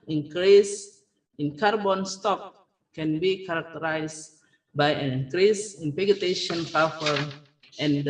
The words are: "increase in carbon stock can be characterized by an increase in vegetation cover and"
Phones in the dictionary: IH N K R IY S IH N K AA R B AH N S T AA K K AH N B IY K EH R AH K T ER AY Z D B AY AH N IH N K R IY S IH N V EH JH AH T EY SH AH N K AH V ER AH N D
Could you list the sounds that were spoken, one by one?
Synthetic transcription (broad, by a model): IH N K R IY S IH N K AA R B AH N S T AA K K AH N B IY K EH R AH K T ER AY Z B AY AH N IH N K R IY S IH N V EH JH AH T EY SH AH N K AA F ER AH N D